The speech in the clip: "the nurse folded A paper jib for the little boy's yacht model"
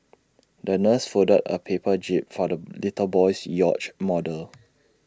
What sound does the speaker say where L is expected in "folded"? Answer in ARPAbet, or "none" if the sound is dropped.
none